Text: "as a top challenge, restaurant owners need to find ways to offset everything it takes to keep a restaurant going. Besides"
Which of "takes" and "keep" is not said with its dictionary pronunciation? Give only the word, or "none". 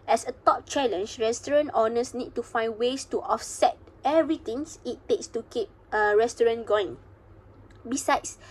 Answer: none